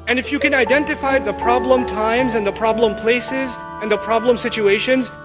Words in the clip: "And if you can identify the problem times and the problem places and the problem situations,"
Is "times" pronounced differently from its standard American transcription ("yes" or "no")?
no